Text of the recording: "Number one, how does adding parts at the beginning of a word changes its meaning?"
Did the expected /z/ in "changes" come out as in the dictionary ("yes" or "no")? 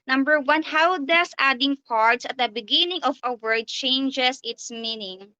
no